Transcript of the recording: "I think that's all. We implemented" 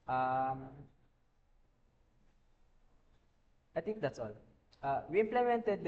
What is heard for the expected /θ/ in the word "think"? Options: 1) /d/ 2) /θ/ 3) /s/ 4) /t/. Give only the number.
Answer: 4